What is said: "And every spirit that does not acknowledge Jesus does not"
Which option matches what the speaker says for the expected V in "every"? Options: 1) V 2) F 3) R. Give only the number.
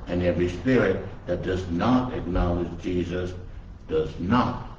1